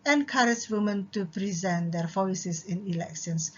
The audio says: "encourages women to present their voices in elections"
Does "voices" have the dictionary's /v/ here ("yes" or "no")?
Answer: no